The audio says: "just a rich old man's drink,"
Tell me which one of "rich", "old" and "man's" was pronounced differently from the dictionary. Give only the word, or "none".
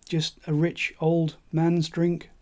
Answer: none